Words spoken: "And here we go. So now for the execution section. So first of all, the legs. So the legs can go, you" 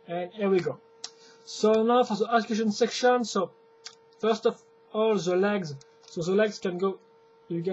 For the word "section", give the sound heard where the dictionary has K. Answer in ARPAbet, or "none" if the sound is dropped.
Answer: K